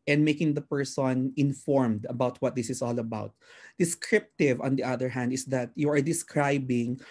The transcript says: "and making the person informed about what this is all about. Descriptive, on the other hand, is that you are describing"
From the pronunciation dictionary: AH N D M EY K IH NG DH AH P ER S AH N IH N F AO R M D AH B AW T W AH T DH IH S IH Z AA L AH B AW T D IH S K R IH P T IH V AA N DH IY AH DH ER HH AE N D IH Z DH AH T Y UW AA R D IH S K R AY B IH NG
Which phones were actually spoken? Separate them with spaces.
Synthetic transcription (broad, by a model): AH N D M EY K IH NG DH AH P ER S AH N IH N F AO R M D AH B AW T W AH T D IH S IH S AA L AH B AW T D IH S K R IH P T IH V AA N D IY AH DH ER HH AE N D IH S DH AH T Y UW AA R D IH S K R AY B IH NG